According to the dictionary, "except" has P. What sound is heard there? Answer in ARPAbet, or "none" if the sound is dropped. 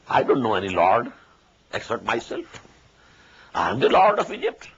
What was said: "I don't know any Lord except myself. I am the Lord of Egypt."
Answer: none